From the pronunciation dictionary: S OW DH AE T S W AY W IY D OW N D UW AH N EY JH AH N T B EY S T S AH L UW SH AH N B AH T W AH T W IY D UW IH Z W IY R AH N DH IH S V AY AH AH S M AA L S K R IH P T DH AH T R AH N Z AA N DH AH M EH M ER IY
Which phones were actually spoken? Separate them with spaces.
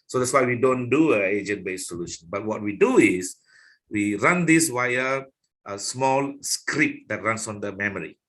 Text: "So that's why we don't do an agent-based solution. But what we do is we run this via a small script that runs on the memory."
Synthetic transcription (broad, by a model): S OW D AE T S W AY W IY D OW N D UW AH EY JH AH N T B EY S S AH L UW SH AH N B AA T W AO T W IY D UW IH S W IY R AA N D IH S W AY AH AH S M AA L S K R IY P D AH T R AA N S AA N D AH M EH M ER IY